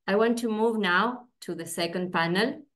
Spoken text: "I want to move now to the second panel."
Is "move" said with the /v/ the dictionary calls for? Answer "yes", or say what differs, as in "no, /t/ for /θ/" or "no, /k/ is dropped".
yes